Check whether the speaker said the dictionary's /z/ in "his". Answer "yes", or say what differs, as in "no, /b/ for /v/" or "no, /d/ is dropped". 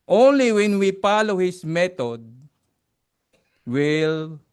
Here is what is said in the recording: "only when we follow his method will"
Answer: no, /s/ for /z/